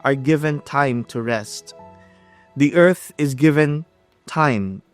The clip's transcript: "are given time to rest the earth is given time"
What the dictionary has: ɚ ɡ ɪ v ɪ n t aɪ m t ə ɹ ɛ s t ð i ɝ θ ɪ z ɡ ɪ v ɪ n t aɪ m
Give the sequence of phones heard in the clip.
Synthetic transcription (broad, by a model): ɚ ɡ ɪ v ɪ n t aɪ m t ə ɹ ɛ s t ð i ɝ θ ɪ z ɡ ɪ v ɪ n t aɪ m